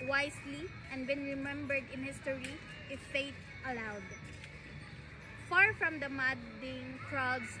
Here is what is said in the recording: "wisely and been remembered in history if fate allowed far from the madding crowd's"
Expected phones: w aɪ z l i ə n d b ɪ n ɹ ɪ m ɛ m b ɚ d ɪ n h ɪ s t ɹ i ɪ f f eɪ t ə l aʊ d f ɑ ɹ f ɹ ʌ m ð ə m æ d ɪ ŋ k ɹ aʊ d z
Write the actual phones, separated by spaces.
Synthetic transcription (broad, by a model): w aɪ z l i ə n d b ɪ n ɹ ɪ m ɛ m b ɚ d ɪ n h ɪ s t ɹ i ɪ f f eɪ t ə l aʊ d f ɑ ɹ f ɹ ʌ m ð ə m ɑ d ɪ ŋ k ɹ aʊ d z